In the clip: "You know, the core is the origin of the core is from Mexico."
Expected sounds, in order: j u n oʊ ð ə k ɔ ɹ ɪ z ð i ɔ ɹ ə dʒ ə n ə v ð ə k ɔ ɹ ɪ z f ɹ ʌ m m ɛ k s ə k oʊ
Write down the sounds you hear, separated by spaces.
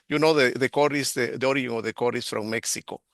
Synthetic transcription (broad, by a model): j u n oʊ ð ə k ɔ ɹ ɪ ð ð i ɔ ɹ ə ə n ə v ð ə k ɔ ɹ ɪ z f ɹ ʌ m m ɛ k s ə k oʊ